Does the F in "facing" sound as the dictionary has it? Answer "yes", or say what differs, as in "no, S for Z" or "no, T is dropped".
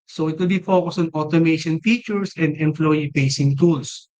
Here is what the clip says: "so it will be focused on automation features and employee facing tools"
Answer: no, P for F